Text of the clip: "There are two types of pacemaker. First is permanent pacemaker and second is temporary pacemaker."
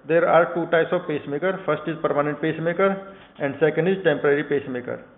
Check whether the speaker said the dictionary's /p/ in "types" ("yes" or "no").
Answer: no